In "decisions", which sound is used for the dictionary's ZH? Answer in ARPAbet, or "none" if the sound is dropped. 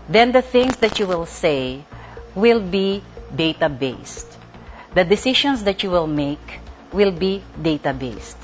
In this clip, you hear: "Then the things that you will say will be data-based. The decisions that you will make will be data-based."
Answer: SH